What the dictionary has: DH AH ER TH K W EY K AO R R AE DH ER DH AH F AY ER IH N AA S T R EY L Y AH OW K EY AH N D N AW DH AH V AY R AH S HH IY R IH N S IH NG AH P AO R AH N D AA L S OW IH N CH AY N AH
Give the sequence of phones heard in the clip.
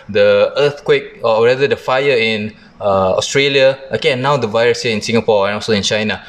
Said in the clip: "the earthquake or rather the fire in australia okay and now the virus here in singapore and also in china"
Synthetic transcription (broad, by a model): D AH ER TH K W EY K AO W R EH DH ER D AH F AY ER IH N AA S T R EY L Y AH OW K EY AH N N AW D AH V AY R AH S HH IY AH IH N S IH NG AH P AO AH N AA L S OW IH N CH AY N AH